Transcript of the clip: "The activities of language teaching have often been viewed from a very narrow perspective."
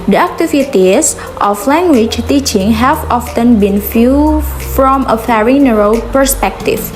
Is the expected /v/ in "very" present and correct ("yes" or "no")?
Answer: no